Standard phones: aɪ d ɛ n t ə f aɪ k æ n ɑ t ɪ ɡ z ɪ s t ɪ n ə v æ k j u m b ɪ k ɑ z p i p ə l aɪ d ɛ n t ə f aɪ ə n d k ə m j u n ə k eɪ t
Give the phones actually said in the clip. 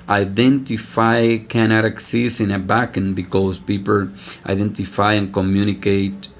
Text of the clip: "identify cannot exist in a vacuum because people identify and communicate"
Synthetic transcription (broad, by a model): aɪ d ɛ n t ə f aɪ k æ n ɑ t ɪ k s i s ɪ n ə b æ k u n b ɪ k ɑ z p i p ə l aɪ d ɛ n t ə f aɪ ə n k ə m j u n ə k eɪ t